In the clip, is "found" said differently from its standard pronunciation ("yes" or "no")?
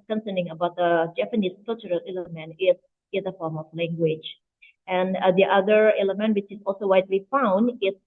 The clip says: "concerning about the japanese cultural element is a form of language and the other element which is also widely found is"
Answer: no